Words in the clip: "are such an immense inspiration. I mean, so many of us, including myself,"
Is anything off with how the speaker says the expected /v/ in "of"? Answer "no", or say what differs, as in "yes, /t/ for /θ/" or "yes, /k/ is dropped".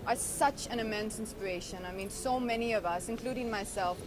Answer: no